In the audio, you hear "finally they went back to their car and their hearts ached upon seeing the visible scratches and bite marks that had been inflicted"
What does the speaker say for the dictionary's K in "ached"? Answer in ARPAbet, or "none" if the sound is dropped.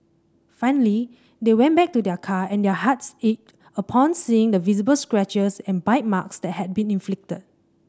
none